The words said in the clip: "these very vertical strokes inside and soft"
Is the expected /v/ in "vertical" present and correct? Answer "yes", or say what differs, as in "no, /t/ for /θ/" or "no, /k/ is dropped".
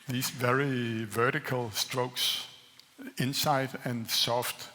yes